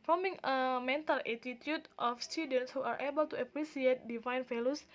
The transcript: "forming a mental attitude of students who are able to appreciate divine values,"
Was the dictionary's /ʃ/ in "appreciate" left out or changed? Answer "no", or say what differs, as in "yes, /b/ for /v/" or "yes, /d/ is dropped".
yes, /s/ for /ʃ/